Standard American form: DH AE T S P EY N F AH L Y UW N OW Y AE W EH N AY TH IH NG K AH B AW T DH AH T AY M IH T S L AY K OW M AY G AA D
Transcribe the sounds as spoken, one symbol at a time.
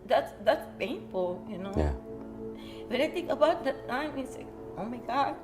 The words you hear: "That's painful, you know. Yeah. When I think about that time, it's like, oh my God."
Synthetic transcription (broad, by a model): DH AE T S P EY N F AH L Y UW N OW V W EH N AY T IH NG K AH B AW T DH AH T AY M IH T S L AY K OW M AY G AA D